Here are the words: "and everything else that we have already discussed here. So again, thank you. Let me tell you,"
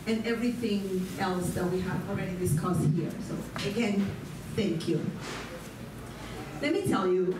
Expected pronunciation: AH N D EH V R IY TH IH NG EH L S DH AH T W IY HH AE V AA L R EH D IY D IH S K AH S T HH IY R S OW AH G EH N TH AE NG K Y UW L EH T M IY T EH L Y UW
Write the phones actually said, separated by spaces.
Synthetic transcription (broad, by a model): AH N EH V R IY TH IH NG EH L S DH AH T W IY HH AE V AA L R EH D IY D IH S K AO S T HH IY R S OW AH G EH N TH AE NG K Y UW L EH T M IY T EH L Y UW